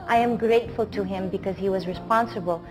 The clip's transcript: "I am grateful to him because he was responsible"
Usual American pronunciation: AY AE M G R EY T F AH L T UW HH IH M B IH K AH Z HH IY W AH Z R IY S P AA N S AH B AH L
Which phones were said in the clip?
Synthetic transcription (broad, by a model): AY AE M G R EY T F AH L T UW HH IH M B IH K AH Z HH IY W AH Z R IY S P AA N S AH B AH L